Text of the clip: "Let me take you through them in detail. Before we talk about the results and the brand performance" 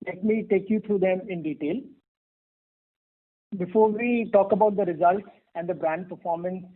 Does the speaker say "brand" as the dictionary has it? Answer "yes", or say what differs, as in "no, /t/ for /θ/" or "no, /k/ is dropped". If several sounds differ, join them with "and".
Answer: yes